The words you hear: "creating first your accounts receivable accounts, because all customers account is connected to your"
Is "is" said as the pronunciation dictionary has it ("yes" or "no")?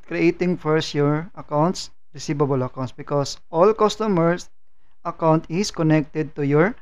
no